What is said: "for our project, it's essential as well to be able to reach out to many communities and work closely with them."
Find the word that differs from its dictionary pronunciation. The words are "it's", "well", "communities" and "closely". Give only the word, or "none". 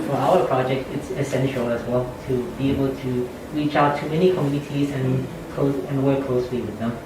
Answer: none